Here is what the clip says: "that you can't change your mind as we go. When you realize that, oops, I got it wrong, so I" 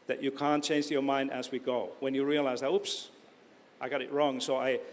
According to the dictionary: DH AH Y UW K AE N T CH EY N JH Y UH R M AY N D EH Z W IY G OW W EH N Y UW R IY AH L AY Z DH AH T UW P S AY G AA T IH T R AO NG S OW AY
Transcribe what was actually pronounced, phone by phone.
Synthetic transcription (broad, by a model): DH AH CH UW K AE N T CH EY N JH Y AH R M AY N D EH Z W IY G OW W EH N Y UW R IY AH L AY Z DH AH T UW P S AY G AA T IH T R AO NG S OW AY